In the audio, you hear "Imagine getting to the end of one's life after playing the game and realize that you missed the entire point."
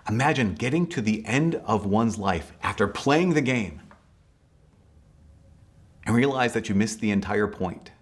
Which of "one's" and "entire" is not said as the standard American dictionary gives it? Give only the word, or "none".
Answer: none